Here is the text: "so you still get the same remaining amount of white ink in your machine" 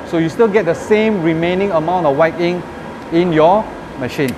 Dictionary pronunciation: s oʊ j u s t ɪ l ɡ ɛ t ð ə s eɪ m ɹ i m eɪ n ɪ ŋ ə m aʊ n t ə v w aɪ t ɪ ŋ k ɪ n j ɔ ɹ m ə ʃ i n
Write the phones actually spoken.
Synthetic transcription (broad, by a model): s oʊ j u s t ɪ l ɡ ɛ t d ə s eɪ m ɹ i m eɪ n ɪ ŋ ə m aʊ n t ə f w aɪ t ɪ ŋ ɪ n j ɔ m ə ʃ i n